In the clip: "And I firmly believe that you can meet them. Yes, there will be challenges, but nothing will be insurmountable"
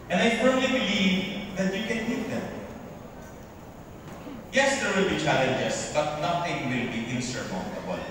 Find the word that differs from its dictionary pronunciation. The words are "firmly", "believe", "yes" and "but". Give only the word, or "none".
firmly